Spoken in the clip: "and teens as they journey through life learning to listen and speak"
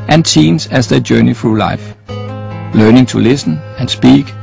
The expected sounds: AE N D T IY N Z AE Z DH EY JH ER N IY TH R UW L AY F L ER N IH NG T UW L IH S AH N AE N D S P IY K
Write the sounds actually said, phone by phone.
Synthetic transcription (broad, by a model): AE N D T IY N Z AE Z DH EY JH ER N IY F R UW L AY F L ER N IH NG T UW L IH S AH N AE N S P IY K